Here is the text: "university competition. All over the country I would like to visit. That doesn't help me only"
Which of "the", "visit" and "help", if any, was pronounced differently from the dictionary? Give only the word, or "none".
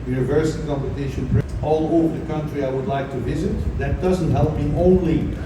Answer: none